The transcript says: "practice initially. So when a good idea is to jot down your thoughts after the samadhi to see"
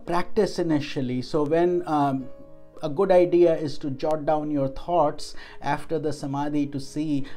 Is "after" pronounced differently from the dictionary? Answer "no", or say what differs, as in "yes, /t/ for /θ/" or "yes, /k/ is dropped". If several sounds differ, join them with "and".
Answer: no